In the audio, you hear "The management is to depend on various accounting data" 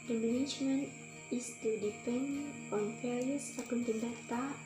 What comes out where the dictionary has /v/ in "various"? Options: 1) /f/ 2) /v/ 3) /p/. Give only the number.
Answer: 1